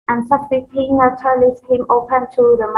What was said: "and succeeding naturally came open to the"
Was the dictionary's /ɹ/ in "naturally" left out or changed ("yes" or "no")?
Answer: yes